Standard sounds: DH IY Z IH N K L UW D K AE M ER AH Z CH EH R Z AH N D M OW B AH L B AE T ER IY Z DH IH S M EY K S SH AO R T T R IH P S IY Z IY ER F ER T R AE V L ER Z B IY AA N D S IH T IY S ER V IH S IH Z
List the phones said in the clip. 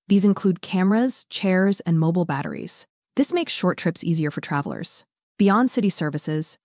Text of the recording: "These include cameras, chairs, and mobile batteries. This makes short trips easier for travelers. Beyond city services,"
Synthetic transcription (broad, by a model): DH IY Z IH N K L UW D K AE M ER AH Z CH EH R Z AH N M OW B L B AE T ER IY Z DH IH S M EY K S SH AO R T T R IH P S IY Z IY ER F ER T R AE V L ER Z B IY AA N D S IH T IY S ER V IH S IH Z